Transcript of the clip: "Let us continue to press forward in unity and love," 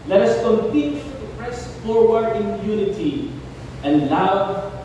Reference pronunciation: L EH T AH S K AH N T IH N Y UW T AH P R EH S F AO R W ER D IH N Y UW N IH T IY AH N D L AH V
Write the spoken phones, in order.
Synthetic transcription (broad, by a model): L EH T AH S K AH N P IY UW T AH P R EH S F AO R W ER IH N Y UW N IH T IY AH N L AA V